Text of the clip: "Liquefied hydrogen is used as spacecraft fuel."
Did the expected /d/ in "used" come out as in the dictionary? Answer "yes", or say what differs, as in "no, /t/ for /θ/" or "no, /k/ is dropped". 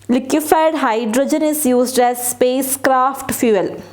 yes